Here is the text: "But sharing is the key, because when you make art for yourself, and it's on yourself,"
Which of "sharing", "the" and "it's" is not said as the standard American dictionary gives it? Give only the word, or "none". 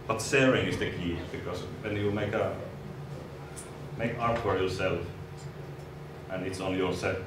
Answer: sharing